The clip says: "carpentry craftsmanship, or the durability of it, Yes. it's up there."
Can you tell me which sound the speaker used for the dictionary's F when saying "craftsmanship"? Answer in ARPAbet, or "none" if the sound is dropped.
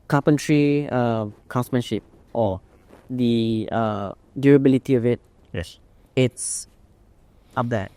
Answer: none